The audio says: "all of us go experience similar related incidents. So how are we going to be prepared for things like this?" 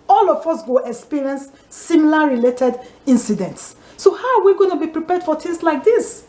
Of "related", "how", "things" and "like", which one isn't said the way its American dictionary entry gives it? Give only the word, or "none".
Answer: things